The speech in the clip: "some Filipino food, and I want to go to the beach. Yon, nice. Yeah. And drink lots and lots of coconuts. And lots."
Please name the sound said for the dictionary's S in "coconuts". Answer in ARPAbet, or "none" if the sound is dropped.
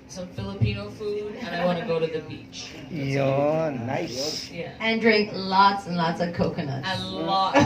none